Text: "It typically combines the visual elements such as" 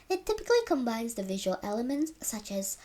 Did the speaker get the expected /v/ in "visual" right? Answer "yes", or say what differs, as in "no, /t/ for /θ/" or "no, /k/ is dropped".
yes